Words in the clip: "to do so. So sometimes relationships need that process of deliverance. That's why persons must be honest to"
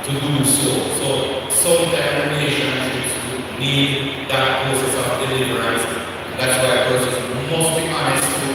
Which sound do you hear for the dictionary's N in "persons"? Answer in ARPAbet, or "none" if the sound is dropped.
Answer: none